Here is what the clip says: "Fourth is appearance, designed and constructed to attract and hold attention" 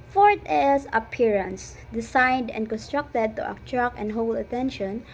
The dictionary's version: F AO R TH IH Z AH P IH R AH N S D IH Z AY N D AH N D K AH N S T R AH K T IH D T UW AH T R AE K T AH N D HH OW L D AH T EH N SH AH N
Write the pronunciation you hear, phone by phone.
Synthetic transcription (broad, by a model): F AO R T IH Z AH P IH R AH N S D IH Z AY N D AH N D K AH N S T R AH K T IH D T UW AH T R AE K AH N D HH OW L AH T EH N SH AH N